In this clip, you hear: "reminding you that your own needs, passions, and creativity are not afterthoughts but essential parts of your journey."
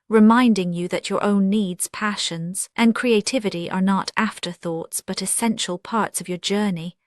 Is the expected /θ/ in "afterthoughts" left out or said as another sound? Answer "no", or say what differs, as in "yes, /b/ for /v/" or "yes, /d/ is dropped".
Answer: no